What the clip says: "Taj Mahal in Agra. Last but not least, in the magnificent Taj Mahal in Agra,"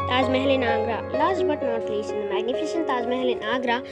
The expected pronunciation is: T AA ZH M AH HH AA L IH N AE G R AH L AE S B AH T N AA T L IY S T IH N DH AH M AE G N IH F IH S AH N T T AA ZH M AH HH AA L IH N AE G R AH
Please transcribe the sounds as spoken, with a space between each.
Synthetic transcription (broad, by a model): T AA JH M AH HH L IH N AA G R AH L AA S B AH T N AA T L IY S IH N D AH M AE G N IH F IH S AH N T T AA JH M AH HH L IH N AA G R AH